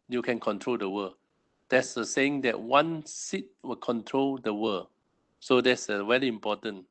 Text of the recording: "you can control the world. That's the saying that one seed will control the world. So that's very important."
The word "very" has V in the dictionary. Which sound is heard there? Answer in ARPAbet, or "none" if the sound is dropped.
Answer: W